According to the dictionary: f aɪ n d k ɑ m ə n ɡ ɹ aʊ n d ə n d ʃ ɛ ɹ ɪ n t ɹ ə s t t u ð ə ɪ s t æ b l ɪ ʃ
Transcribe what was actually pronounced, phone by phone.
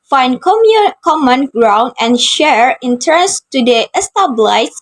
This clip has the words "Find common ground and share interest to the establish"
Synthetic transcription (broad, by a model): f aɪ n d k ɑ m ə n ɡ ɹ aʊ n d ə n ʃ ɛ ɹ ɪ n t ə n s t u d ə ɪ s t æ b l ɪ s